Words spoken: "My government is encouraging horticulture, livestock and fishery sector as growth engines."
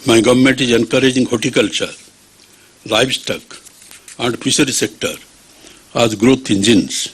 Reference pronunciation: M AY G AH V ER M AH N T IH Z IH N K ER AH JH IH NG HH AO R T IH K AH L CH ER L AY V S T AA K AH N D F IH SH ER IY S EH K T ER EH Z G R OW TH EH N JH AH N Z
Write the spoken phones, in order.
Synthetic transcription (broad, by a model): M AY G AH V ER M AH N T IH Z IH N K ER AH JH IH NG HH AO T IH K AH L CH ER L AY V S T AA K AH N D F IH S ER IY S EH K T ER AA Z G R OW T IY N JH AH N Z